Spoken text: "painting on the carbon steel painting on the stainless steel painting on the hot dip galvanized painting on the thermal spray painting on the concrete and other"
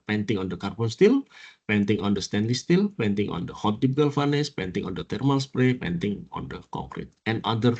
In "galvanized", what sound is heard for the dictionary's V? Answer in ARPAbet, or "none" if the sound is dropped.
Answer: F